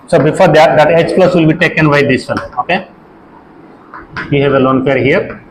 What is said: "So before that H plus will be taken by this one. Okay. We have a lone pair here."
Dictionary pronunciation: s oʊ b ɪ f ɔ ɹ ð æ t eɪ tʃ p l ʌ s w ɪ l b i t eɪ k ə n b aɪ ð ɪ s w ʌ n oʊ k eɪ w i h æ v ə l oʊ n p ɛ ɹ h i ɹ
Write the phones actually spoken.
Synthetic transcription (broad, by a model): s oʊ b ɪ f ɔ ɹ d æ t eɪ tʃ p l ʌ s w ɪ l b i t eɪ k ə n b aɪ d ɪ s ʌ l oʊ k eɪ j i h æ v ə l oʊ n p ɛ ɹ h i ɹ